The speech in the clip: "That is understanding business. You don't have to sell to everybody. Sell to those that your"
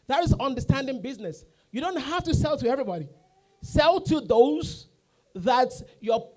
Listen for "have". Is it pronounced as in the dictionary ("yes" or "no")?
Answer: no